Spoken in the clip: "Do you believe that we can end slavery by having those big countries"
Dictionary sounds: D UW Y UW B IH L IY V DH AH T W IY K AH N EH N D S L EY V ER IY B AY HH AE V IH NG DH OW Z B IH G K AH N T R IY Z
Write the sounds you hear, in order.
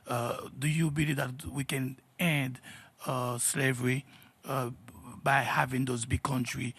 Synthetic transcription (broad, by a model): D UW Y UW B IH L IY V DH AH T W IY K AH N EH N D S L EY V ER IY B AY HH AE V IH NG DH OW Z B IH G K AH N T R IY